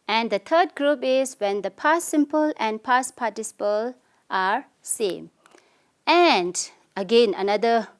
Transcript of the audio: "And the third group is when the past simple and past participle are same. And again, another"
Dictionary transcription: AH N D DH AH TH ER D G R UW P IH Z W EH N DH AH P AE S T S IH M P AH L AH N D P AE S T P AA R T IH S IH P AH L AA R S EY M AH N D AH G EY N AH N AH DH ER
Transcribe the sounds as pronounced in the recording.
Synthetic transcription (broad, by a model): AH N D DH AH T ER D G R UW P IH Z W EH N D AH P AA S S IH M P AH L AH N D P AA S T P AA T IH S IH P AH L AA R S EY M AH N D AH G EY N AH N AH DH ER